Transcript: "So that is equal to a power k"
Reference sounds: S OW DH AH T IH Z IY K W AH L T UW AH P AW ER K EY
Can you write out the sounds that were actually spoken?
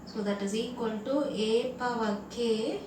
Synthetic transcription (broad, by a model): S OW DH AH T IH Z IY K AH N T UW AH P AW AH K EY